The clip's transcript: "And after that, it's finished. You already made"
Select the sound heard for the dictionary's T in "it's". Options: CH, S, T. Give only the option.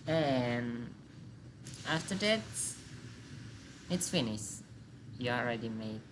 T